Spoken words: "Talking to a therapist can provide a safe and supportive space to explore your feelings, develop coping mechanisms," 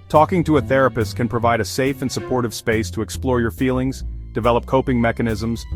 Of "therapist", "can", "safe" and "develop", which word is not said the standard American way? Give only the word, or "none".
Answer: none